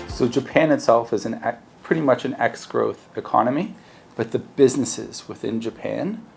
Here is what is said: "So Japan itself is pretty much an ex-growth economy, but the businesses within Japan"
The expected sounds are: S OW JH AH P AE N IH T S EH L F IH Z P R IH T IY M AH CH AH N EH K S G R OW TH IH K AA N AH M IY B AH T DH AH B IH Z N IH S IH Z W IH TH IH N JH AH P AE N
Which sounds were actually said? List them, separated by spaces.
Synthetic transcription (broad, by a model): S OW JH AH P AE N IH T S EH L F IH Z P R IH T IY M AH CH AH N EH K S G R OW TH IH K AA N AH M IY B AH T DH AH B IH Z N IH S IH Z W IH TH IH N JH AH P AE N